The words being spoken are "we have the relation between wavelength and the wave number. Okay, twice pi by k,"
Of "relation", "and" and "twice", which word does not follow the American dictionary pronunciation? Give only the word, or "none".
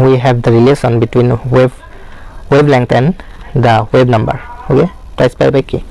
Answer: relation